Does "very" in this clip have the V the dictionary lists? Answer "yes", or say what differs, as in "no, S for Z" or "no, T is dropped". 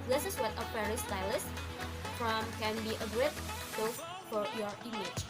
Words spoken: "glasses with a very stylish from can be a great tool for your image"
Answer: no, F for V